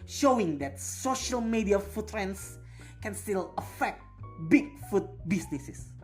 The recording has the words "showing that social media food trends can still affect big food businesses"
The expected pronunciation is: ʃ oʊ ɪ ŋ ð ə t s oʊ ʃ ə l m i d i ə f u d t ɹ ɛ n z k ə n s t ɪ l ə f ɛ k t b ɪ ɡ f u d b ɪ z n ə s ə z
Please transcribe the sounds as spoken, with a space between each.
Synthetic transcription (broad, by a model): ʃ oʊ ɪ ŋ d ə t s oʊ ʃ ə l m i d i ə f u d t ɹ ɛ n s k ə n s t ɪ l ə f ɛ k t b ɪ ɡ f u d b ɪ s n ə s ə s